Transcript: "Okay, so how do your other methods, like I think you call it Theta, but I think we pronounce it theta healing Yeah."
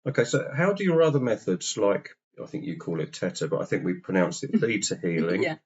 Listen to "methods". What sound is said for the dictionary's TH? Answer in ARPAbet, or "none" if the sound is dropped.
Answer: TH